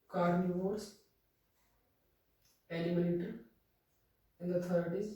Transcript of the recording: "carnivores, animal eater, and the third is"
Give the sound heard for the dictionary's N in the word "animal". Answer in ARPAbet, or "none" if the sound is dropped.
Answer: L